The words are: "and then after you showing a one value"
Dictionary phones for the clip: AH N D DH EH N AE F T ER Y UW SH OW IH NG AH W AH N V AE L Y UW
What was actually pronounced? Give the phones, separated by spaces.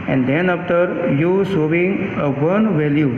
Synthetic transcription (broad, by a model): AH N D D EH N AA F T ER Y UW S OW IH NG AH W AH N V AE L Y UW